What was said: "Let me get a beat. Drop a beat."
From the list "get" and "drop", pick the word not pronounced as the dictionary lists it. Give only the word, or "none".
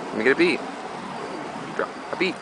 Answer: drop